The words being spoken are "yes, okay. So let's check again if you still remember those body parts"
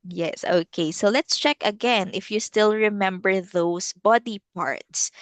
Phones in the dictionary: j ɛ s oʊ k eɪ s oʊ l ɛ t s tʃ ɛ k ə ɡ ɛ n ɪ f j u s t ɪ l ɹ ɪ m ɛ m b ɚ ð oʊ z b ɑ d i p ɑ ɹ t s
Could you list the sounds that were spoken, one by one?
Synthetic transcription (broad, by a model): j ɛ s oʊ k eɪ s oʊ l ɛ t s tʃ ɛ k ə ɡ ɛ n ɪ f j u s t ɪ l ɹ ɪ m ɛ m b ɚ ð oʊ s b ɑ d i p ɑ ɹ t s